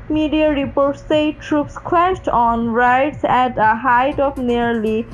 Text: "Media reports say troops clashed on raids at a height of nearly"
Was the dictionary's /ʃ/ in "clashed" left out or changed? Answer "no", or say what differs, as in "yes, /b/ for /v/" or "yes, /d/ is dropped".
yes, /s/ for /ʃ/